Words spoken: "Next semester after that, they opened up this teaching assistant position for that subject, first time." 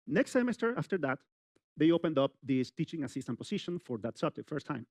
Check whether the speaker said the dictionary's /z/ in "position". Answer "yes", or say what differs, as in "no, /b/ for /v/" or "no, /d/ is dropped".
no, /s/ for /z/